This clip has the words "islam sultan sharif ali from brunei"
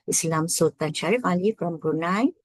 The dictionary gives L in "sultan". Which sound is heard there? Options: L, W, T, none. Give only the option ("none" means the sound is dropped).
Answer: none